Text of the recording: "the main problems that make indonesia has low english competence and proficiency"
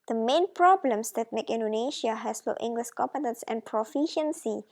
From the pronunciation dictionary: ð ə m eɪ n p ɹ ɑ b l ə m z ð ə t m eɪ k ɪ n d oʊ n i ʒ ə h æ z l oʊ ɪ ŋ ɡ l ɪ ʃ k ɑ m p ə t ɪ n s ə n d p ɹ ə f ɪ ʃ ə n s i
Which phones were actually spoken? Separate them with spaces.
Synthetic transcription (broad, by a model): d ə m eɪ n p ɹ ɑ b l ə m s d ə t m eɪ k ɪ n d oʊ n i ʃ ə h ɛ s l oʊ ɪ ŋ ɡ l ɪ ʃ k ɑ m p ə t ɪ n s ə n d p ɹ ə f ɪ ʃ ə n s i